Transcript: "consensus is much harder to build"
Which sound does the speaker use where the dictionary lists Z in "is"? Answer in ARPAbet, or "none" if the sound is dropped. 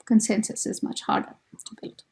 Z